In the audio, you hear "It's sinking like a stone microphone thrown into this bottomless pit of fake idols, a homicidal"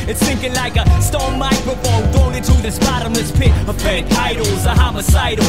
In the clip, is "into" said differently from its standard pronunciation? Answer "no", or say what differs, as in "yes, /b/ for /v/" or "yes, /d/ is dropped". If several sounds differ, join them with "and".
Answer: yes, /n/ is dropped